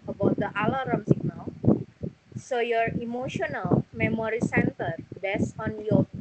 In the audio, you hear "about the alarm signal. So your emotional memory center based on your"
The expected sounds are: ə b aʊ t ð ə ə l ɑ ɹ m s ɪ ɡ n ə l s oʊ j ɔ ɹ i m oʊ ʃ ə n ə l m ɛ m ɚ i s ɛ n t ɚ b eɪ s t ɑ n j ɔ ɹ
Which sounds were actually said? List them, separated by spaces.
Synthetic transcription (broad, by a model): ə b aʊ t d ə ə l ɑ ɹ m s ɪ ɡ n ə l s oʊ j ɔ ɹ i m oʊ ʃ ə n ə l m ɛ m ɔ i s ɛ n t ɚ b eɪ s ɑ n j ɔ